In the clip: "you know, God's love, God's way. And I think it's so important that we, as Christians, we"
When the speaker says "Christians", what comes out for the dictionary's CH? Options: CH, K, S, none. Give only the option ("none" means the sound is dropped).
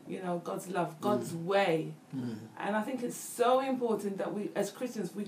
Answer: CH